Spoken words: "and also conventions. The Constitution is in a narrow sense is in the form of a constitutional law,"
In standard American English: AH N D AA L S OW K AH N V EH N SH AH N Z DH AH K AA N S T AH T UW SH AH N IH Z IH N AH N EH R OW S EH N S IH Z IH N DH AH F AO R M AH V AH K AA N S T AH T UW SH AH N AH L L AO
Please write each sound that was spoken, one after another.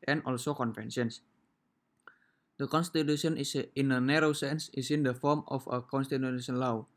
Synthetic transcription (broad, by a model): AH N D AA L S OW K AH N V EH N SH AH N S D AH K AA N S T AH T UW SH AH N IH S IH N AH N EH R OW S EH N S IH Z IH N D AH F AO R M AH F AH K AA N S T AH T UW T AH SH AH N L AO